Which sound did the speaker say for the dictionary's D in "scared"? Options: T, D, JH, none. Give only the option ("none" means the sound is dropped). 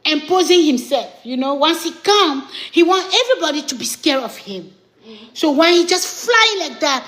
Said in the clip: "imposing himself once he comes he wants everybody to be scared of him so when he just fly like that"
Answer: none